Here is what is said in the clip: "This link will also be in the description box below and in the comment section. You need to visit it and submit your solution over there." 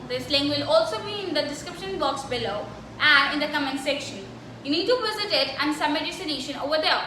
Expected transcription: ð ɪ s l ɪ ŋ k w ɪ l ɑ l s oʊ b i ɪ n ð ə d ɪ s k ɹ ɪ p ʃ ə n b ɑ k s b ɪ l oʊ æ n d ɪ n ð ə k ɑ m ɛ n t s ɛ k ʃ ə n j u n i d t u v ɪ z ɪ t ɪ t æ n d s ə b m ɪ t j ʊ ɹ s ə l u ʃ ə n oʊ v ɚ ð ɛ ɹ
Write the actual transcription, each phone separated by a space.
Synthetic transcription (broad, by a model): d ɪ s l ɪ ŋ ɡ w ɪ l ɑ l s oʊ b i ɪ n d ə d ɪ s k ɹ ɪ p ʃ ə n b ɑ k s b ɪ l oʊ æ n d ɪ n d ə k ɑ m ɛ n s ɛ k ʃ ə n j u n i d t u v ɪ z ɪ t ɪ t æ n d s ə m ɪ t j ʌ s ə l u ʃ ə n oʊ v ɚ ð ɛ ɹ